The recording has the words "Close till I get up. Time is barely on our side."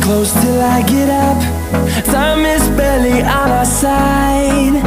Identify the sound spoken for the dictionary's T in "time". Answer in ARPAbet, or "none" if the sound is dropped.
S